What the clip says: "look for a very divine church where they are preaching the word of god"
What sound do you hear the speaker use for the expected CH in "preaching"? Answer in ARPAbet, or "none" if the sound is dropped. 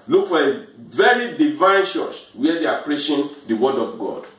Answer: SH